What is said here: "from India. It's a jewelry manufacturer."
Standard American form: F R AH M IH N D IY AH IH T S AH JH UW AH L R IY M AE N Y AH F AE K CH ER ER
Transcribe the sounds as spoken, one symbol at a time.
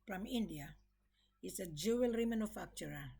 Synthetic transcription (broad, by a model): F R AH M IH N D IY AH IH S AH JH UW AH L R IY M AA N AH F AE K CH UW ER